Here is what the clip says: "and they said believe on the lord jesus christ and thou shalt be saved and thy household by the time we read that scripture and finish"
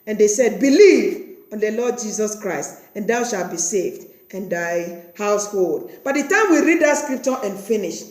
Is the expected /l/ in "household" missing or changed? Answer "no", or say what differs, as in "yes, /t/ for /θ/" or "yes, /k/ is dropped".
no